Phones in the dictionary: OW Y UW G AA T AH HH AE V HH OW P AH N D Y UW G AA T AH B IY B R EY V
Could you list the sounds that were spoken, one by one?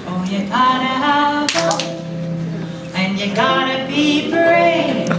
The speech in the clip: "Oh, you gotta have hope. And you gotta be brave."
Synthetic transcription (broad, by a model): OW Y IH G AA T AH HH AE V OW AH N Y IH G AA T AH B IY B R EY